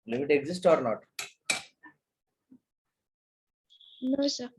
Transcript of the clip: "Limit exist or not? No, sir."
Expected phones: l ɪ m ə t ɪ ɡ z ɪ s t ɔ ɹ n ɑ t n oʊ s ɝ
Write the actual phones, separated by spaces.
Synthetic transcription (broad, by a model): l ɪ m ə t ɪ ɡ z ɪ s t ɔ ɹ n ɑ t n oʊ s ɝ